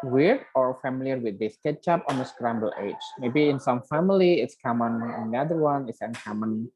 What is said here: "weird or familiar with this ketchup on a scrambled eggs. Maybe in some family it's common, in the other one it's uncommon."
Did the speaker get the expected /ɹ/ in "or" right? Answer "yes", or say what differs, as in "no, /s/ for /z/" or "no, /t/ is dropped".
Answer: yes